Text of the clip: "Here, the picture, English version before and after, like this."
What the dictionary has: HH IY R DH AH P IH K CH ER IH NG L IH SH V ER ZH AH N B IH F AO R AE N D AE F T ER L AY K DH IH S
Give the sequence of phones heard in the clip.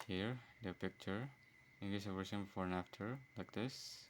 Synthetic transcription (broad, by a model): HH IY R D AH P IH K CH ER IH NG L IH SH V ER S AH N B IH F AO R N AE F T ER L AY K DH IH S